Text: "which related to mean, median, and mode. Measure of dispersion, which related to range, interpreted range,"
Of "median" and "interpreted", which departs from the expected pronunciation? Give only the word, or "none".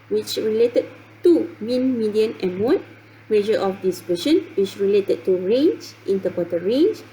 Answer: interpreted